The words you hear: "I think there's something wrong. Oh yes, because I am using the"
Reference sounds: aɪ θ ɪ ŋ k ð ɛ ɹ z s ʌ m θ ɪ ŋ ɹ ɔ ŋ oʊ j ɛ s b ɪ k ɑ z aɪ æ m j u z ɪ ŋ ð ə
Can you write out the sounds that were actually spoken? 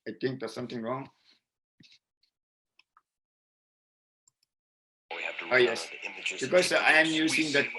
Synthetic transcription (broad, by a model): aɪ t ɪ ŋ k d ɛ s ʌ m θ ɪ ŋ ɹ ɔ ŋ oʊ j ɛ s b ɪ k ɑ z aɪ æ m j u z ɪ ŋ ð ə